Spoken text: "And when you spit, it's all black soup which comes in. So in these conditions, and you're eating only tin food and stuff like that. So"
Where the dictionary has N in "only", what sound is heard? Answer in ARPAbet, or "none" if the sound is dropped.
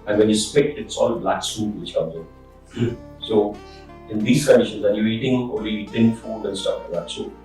none